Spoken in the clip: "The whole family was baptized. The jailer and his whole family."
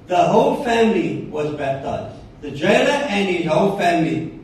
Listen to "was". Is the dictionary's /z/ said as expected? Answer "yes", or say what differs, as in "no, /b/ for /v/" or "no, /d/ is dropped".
yes